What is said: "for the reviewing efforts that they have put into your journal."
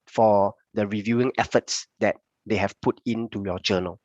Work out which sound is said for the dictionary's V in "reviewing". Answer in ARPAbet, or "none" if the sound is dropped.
V